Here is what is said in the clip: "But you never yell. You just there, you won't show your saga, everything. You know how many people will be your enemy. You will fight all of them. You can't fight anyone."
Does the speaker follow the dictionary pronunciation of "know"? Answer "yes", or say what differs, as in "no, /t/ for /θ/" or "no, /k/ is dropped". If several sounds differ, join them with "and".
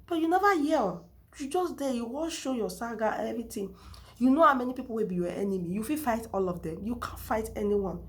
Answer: yes